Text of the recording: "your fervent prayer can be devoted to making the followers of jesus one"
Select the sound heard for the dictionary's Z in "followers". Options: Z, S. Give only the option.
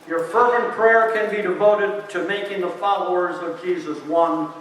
Z